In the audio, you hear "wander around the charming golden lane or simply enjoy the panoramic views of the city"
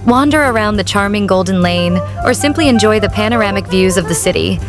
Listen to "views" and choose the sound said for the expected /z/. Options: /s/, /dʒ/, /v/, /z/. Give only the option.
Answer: /z/